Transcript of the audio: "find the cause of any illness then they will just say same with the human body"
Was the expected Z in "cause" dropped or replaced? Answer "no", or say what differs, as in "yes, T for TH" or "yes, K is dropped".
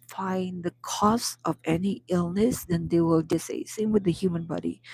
yes, S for Z